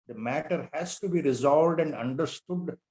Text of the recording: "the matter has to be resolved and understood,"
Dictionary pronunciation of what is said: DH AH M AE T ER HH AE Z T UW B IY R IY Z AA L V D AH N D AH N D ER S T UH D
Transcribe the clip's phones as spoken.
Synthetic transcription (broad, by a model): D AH M AE T ER HH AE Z T UW B IY R IY Z AA L V D AH N D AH N D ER S T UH D